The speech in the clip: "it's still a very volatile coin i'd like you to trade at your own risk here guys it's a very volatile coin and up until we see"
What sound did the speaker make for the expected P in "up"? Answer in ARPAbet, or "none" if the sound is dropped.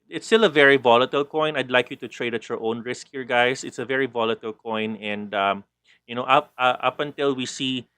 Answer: P